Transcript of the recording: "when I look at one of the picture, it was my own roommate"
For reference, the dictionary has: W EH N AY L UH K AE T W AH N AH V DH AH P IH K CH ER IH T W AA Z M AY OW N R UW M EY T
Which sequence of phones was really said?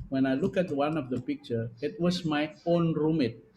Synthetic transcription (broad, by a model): W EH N AY L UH K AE T W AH N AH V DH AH P IH K CH ER IH T W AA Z M AY OW N R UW M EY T